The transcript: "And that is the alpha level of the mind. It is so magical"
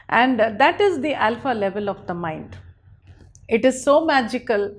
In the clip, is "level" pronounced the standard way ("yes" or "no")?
yes